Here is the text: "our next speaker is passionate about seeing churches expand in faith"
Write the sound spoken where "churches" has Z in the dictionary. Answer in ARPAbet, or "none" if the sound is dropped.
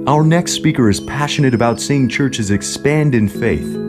Z